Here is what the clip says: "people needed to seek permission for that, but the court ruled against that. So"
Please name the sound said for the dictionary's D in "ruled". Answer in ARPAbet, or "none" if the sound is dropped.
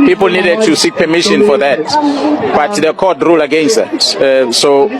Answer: none